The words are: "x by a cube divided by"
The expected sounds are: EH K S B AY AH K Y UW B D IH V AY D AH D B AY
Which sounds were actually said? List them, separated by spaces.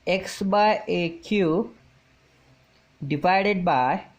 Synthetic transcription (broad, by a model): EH K S B AY AH K Y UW D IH P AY D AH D B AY